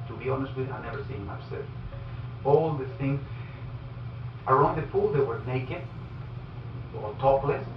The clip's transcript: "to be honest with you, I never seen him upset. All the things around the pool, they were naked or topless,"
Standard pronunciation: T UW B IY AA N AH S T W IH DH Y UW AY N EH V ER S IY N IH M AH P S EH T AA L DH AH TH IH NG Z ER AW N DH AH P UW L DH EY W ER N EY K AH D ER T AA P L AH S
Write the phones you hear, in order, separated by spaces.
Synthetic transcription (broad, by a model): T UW B IY AA N AH S T W IH DH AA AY N EH V ER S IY IH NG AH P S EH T AA L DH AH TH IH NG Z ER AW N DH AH P UW L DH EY W ER N EY K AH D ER T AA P L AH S